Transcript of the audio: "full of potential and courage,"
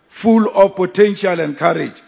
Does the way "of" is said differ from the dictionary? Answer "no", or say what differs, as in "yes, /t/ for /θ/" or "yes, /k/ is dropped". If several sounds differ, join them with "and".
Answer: yes, /f/ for /v/